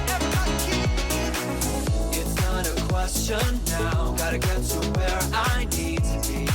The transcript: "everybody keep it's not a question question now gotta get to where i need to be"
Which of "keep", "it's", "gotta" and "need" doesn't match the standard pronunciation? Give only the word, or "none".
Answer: keep